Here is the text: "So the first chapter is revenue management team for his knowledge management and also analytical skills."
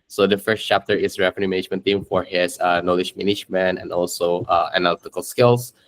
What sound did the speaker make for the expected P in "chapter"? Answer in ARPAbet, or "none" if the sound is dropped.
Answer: P